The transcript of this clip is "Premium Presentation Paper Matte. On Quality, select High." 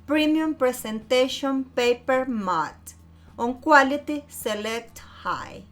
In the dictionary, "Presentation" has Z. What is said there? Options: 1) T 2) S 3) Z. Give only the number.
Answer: 2